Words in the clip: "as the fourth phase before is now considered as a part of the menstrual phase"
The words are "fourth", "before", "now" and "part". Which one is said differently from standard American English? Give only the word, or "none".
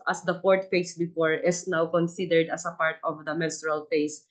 fourth